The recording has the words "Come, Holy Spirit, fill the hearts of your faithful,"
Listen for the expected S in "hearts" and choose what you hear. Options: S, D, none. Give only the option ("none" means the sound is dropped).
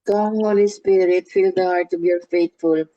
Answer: none